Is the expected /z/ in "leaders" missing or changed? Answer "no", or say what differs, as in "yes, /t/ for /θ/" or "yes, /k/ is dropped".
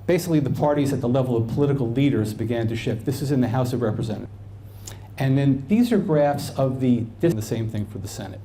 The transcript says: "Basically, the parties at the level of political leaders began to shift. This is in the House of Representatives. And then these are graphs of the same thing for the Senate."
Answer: no